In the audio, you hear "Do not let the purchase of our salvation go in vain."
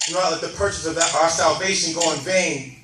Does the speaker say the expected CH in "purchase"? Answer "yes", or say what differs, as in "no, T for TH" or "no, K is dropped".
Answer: yes